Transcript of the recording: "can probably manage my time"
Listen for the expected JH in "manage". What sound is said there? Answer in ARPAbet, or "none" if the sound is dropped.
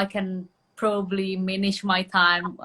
SH